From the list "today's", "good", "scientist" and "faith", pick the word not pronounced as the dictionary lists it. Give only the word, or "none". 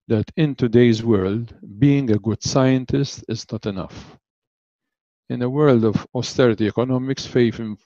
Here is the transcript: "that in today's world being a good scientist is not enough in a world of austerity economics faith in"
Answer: faith